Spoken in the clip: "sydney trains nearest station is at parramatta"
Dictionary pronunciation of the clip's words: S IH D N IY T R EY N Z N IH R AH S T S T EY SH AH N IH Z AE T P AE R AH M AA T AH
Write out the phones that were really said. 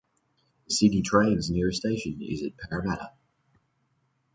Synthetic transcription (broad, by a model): S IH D IY T R EY N Z N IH R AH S S T EY SH AH N IH Z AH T P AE R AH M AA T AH